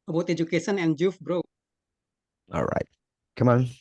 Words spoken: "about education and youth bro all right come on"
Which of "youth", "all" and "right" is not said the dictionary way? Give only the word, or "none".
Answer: youth